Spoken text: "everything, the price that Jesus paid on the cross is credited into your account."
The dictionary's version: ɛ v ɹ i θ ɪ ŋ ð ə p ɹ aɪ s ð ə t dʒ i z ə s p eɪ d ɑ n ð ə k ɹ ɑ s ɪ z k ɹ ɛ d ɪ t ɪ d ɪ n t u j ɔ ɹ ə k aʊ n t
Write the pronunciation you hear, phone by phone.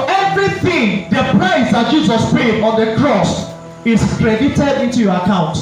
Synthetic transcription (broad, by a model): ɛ v ɹ i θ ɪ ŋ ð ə p ɹ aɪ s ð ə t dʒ i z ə s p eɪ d ɑ n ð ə k ɹ ɑ s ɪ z k ɹ ɛ d ɪ t ɪ d ɪ n t u j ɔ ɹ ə k aʊ n t